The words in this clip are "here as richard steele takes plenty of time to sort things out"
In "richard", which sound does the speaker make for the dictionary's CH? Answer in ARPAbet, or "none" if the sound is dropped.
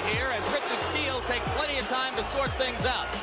CH